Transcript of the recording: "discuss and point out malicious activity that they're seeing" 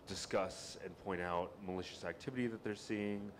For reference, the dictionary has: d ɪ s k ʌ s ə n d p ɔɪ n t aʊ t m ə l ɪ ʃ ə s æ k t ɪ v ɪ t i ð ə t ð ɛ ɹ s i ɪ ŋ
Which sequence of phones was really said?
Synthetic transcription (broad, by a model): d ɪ s k ʌ s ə n p ɔɪ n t aʊ t m ə l ɪ ʃ ə s æ k t ɪ v ɪ t i ð ə t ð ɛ ɹ s i ɪ ŋ